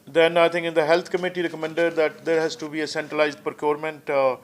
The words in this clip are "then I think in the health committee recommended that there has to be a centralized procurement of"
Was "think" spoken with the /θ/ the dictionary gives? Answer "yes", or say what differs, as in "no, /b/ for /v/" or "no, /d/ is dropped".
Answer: no, /t/ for /θ/